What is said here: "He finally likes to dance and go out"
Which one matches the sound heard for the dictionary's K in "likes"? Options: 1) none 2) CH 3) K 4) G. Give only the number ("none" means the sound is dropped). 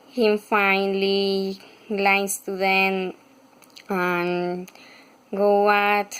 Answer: 1